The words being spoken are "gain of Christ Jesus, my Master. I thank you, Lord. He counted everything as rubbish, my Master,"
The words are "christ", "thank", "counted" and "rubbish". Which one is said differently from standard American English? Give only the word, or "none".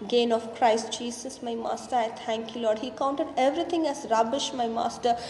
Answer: thank